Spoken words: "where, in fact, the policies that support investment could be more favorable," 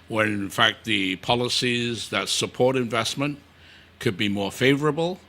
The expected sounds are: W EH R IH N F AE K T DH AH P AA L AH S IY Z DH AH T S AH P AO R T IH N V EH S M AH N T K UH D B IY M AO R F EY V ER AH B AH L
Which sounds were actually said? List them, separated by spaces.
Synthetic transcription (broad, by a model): W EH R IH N F AE K T DH AH P AA L AH S IY Z DH AH T S AH P AO R T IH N V EH S M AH N K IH D B IY M AO R F EY V ER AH B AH L